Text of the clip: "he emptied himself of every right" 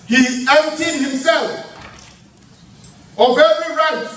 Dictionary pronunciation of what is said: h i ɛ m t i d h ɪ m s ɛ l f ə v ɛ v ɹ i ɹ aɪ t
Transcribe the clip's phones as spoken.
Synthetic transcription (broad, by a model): h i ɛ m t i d h ɪ m s ɛ l f ə v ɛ ɹ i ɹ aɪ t